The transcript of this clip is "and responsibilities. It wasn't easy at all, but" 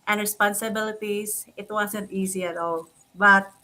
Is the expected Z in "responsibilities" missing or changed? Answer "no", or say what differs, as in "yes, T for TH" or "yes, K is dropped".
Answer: yes, S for Z